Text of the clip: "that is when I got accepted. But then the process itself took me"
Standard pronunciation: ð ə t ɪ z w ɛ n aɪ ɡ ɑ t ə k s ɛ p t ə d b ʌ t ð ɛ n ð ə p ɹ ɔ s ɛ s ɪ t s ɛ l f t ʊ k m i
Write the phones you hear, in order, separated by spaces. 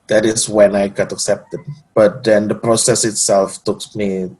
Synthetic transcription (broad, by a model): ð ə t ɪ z w ɛ n aɪ ɡ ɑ t ə k s ɛ p t ə d b ʌ t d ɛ n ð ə p ɹ ɔ s ɛ s ɪ t s ɛ l f t ʊ k m i